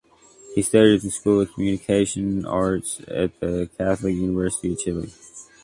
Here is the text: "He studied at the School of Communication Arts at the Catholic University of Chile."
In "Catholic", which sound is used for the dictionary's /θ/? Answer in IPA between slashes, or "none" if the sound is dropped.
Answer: /θ/